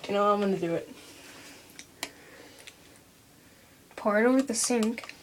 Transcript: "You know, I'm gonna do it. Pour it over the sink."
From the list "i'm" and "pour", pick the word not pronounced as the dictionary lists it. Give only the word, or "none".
none